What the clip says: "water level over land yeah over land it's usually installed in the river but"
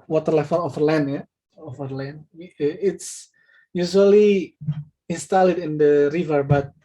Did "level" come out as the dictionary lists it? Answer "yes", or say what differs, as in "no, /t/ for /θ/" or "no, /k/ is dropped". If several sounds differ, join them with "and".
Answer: no, /f/ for /v/ and /n/ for /l/